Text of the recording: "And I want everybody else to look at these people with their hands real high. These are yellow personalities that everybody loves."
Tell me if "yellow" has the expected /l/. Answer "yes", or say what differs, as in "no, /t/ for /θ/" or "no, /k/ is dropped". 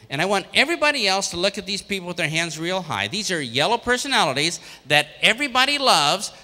yes